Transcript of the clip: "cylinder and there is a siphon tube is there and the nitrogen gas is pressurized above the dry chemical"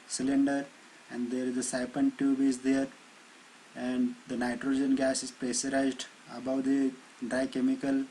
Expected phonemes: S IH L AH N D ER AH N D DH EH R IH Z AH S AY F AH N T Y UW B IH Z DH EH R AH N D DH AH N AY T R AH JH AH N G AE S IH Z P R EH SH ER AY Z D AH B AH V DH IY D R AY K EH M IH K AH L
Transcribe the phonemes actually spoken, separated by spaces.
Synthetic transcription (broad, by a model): S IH L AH N D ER AH N D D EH R IH Z AH S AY P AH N T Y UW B IH Z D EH R AH N D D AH N AY T R AH JH AH N G AE S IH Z P R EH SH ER AY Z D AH B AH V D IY D R AY K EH M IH K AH L